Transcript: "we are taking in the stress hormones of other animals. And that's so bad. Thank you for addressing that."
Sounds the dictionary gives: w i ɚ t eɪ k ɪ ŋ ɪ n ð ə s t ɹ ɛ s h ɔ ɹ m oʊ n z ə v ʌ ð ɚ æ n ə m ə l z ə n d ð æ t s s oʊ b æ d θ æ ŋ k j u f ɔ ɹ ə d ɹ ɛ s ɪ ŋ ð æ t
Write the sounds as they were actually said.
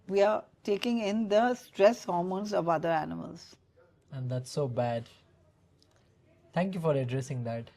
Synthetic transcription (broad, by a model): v i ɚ t eɪ k ɪ ŋ ɪ n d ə s t ɹ ɛ s h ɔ ɹ m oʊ n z ə v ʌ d ɚ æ n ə m ə l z ə n d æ t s s oʊ b æ d t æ ŋ k j u f ɔ ɹ ə d ɹ ɛ s ɪ ŋ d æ t